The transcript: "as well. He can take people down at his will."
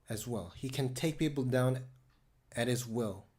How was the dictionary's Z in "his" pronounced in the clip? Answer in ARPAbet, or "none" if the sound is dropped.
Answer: Z